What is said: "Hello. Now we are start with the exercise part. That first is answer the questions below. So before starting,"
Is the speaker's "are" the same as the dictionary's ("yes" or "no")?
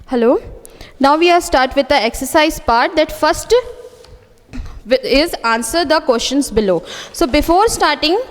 no